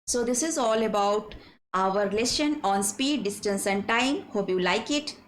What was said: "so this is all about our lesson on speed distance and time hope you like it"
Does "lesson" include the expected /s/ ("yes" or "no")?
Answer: no